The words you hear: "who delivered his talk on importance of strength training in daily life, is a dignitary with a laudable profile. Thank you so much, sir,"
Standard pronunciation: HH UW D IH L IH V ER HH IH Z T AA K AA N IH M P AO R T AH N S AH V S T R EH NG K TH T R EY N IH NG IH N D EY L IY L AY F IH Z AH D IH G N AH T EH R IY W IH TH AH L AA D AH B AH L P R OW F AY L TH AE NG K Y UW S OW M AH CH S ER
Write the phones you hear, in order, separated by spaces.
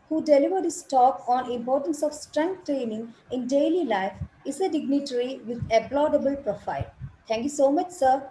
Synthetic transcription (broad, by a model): HH UW D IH L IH V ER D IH S T AA K AA N IH M P AO R T AH N S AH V S T R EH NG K T T R EY N IH NG IH N D EY L IY L AY F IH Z AH D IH G N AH T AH R IY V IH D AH L AA D AH B AH L P R OW F AY L T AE NG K Y UW S OW M AH CH S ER